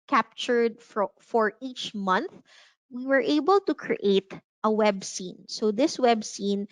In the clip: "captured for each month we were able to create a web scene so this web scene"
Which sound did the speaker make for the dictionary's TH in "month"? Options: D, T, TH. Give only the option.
TH